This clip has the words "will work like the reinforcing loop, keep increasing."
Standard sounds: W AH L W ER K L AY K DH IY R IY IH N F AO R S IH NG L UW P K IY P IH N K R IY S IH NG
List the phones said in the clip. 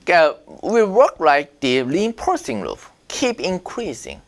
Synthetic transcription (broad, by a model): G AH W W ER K L AY K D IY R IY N P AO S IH NG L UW F K IY P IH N K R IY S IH NG